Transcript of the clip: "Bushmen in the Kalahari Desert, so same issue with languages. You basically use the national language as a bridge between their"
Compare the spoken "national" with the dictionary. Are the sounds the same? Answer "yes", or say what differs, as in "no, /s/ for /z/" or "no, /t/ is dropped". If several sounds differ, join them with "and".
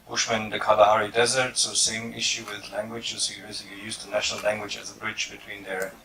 yes